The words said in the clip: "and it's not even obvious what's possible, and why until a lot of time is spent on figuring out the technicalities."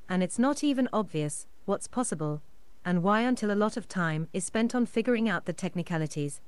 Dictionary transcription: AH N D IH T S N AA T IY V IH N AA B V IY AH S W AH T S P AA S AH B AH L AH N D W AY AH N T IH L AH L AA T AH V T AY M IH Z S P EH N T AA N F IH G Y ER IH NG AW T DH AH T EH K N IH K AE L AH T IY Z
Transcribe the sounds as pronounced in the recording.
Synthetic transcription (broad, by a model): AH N IH T S N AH T IY V IH N AA B V IY AH S W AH T S P AA S AH B AH L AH N W AY AH N T IH L AH L AA T AH V T AY M IH Z S P EH N T N F IH G Y ER IH NG AW T DH AH T EH K N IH K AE L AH T IY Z